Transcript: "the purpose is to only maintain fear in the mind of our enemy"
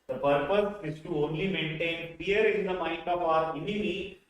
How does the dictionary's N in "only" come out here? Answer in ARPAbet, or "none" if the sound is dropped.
N